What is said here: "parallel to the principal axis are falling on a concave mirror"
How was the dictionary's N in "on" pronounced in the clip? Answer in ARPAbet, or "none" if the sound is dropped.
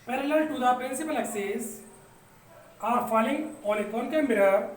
L